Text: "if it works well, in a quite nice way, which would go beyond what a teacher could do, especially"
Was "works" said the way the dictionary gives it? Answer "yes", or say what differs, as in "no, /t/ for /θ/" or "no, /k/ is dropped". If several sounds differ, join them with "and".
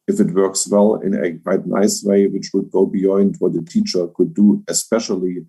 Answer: yes